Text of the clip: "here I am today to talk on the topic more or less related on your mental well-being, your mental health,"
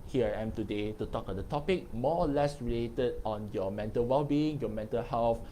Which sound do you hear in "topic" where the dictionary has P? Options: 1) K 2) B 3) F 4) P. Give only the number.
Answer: 4